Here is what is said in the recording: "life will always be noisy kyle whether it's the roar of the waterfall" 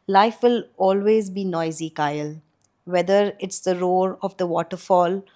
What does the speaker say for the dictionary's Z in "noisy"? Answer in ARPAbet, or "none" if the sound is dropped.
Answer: Z